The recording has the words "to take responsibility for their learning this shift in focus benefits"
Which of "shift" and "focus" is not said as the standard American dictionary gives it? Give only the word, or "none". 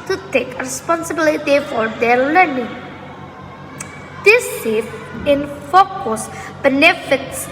shift